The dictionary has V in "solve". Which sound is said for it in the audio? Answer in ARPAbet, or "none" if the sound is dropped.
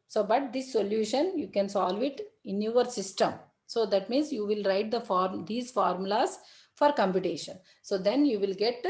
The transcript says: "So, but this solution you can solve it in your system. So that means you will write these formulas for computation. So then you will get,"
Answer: V